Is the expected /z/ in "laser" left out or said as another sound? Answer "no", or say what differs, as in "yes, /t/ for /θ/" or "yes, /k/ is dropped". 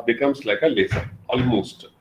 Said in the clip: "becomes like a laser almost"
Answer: yes, /s/ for /z/